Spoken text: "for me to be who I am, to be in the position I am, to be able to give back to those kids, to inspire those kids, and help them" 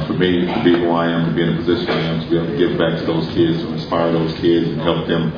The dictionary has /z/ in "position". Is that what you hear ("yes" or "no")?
yes